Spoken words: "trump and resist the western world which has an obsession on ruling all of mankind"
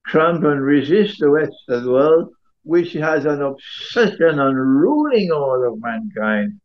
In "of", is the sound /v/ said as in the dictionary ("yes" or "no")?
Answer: yes